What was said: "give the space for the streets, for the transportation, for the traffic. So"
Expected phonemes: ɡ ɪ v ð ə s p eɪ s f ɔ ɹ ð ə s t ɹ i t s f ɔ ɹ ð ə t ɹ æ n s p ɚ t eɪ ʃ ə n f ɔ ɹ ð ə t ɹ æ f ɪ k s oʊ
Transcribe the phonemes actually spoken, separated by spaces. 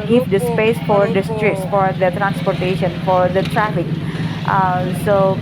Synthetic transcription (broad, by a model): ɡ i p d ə s p eɪ s f ɔ ɹ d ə s t ɹ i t s f ɔ ɹ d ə t ɹ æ n s p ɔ t eɪ ʃ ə n f ɔ ɹ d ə t ɹ æ f ɪ k s oʊ